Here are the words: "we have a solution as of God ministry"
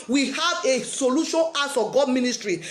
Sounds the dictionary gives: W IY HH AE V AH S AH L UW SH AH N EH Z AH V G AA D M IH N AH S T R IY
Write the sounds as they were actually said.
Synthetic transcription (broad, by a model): W IY HH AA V AH S AH L UW SH AH N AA S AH G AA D M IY N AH S T R IY